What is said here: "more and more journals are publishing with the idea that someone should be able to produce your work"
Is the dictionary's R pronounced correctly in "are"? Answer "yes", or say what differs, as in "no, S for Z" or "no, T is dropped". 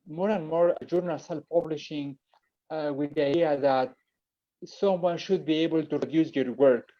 no, L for R